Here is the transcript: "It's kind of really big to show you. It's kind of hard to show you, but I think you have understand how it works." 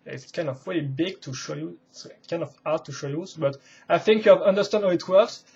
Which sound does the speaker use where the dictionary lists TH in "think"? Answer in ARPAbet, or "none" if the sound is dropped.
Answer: TH